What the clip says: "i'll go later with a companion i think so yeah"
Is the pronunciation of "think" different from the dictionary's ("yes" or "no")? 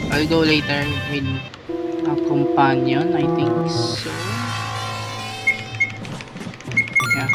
yes